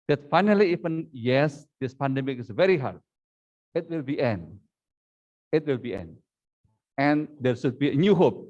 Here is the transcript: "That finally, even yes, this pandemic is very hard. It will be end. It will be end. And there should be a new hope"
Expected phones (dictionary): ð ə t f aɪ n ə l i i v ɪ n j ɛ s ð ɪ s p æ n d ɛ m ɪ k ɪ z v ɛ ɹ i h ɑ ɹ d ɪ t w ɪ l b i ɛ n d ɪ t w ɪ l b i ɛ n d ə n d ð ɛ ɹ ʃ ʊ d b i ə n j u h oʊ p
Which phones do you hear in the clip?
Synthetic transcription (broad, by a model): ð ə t f aɪ n ə l i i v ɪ n j ɛ s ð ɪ s p æ n d ɛ m ɪ k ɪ s v ɛ ɹ i h ɑ ɹ d ɪ t w ɪ l b i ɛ n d ɪ t w ɪ l b i ɛ n d ə n d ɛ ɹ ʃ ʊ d b i ə n j u h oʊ p